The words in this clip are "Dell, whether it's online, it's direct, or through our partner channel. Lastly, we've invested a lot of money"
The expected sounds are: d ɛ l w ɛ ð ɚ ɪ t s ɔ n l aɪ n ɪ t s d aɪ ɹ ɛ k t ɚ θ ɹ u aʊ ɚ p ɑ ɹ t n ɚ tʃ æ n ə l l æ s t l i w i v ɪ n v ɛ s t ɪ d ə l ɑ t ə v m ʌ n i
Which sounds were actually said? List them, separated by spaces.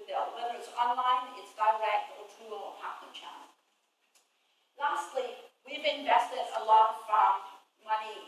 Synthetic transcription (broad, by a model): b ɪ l w ɛ ð ɚ ɪ t s ɔ n l aɪ n ɪ t s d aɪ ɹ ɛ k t ɚ t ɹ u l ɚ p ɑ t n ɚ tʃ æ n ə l l æ s t l i w i v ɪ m v ɛ s t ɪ d ə l ɑ t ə f m ʌ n i